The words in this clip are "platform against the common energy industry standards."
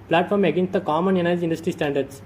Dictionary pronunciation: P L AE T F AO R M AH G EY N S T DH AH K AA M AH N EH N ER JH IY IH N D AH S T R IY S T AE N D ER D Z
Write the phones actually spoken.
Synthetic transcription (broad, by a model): P L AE T F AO R M AH G EY N S T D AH K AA M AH N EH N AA IY IH N D AH S T R IY S T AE N D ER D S